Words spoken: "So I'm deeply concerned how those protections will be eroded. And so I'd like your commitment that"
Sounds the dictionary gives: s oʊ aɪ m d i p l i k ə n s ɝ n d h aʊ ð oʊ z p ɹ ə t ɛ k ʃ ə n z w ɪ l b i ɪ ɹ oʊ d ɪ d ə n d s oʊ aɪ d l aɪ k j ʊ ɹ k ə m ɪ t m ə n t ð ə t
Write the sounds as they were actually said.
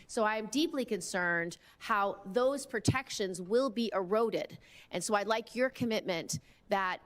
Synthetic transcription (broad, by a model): s oʊ aɪ m d i p l i k ə n s ɝ n d h aʊ ð oʊ z p ɹ ə t ɛ k ʃ ə n z w ɪ l b i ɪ ɹ oʊ d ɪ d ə n s oʊ aɪ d l aɪ k j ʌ ɹ k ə m ɪ t m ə n ð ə t